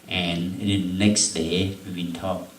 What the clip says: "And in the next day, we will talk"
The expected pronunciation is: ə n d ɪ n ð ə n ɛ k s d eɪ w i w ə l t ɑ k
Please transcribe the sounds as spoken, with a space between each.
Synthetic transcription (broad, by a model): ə n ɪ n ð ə n ɛ k s d eɪ w i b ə n t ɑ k